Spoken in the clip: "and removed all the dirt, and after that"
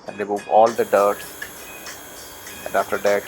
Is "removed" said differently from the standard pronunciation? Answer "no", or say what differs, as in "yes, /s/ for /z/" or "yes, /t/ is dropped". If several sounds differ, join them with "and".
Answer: yes, /d/ is dropped